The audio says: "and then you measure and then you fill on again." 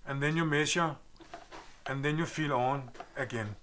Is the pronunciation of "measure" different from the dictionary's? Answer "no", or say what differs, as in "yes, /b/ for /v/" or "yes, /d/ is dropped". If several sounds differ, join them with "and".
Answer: yes, /s/ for /ʒ/